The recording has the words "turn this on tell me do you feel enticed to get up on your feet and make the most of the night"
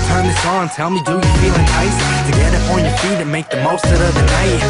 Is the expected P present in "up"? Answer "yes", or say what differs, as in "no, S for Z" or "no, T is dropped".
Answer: no, F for P